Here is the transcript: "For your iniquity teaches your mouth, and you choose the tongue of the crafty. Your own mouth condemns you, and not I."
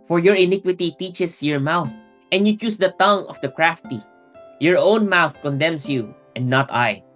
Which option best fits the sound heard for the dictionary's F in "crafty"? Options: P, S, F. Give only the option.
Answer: F